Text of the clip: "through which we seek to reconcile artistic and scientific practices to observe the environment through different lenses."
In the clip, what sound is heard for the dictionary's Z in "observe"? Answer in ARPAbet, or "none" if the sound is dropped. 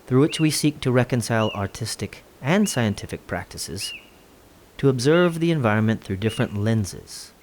Z